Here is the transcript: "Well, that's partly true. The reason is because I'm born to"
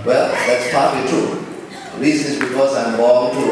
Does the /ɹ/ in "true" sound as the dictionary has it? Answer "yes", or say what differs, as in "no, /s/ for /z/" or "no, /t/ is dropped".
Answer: no, /ɹ/ is dropped